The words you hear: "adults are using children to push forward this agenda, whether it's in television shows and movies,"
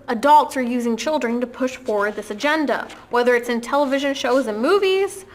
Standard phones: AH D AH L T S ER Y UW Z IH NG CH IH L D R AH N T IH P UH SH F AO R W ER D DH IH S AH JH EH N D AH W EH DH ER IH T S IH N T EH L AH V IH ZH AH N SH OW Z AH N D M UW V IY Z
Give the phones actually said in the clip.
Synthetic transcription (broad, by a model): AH D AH L T S ER Y UW Z IH NG CH IH L D R AH N T IH P UH SH F AO R W ER D DH IH S AH JH EH N D AH W EH DH ER IH T S IH N T EH L AH V IH ZH AH N SH OW Z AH N M UW V IY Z